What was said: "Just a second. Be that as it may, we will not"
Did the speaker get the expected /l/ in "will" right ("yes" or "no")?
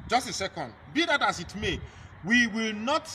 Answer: yes